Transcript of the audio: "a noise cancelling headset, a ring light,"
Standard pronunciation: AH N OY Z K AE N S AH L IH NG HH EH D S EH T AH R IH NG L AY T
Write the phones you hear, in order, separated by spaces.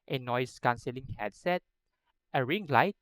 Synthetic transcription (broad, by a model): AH N OY S K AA N S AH L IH NG HH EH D S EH T AH R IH NG L AY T